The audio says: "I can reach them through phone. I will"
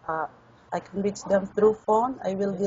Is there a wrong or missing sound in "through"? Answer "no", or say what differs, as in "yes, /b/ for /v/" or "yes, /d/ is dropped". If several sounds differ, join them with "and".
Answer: yes, /t/ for /θ/